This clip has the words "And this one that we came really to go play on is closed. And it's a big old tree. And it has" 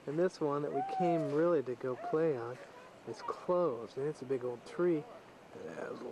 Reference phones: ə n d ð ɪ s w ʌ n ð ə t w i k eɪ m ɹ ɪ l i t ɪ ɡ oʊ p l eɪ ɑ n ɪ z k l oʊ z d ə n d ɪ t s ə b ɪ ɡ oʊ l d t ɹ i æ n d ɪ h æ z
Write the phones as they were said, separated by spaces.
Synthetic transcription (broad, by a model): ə n ð ɪ s w ʌ n ð ə t w i k eɪ m ɹ ɪ l i t ɪ ɡ oʊ p l eɪ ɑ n ɪ z k l oʊ z d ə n ɪ t s ə b ɪ ɡ oʊ l d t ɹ i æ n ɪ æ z